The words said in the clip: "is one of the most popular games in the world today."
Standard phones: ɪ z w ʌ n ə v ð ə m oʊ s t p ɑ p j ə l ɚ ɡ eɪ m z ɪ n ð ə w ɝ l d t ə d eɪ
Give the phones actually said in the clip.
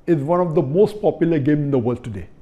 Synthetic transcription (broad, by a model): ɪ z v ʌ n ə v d ə m oʊ s t p ɑ p j ə l ɚ ɡ eɪ m ɪ n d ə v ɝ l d t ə d eɪ